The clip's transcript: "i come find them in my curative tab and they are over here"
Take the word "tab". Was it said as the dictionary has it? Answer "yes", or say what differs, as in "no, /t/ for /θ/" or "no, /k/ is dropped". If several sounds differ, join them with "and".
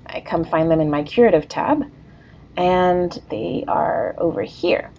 yes